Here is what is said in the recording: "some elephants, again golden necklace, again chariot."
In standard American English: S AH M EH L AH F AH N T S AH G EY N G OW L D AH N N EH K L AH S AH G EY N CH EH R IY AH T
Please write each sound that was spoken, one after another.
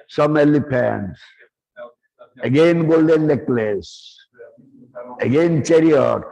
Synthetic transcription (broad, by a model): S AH M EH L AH P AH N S AH G EY N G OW L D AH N N EH K L AH S AH G EY N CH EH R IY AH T